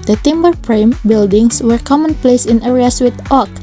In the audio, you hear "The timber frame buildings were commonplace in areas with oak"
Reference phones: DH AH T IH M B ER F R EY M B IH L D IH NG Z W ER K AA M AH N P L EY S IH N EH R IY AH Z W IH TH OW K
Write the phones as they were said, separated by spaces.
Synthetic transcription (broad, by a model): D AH T IH M B ER P R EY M B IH L D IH NG S W ER K AA M AH N P L EY S IH N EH R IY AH S W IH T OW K